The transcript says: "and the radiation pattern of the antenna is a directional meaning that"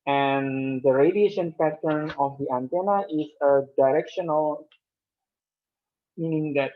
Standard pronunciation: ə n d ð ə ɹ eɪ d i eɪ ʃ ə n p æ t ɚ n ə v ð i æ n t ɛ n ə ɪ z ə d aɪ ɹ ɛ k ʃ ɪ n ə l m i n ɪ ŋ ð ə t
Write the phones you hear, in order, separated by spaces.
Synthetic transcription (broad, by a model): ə n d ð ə ɹ eɪ d i eɪ ʃ ə n p æ t ɚ n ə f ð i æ n t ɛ n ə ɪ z ə d aɪ ɹ ɛ k ʃ ɪ n ə l m i n ɪ ŋ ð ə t